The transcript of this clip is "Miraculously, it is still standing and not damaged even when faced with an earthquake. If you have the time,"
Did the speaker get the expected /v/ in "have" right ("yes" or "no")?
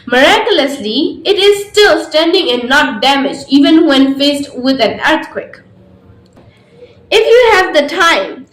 yes